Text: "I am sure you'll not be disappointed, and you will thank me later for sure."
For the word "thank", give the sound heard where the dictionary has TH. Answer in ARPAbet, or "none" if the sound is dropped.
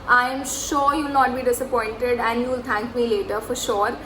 T